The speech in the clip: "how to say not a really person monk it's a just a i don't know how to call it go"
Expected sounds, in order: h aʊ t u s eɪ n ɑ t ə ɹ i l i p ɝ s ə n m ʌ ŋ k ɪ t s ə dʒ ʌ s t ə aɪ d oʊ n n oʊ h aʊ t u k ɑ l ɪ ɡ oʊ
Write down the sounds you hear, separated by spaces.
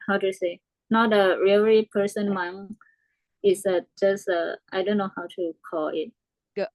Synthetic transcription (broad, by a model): h aʊ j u s eɪ n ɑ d ə ɹ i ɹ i p ɝ s ə n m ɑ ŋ ɪ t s ə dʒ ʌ s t ə aɪ d oʊ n n oʊ h aʊ t u k ɑ l ɪ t